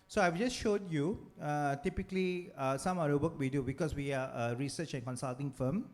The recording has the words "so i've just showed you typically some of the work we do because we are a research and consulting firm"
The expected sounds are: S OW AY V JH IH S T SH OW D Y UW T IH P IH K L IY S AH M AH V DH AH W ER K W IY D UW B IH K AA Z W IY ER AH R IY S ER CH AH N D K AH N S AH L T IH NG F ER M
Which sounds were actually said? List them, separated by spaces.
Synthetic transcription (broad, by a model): S OW AY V JH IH S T SH OW D Y UW T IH P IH K L IY S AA M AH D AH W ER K W IY D UW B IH K AA S W IY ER AH R IY S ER CH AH N K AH N S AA L T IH NG F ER M